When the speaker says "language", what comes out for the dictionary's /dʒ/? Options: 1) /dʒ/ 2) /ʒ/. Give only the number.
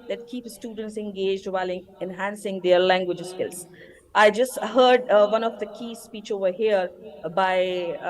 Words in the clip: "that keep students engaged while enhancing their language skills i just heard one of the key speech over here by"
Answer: 1